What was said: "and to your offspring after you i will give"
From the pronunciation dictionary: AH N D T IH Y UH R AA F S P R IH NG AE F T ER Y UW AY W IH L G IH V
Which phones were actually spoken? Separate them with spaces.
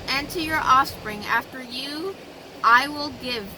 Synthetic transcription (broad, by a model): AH N T IH Y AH R AA F S P R IH NG AE F T ER Y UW AY W IH L G IH V